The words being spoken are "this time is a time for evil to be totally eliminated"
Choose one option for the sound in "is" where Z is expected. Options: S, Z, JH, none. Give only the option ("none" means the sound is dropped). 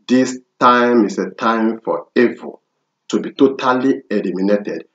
S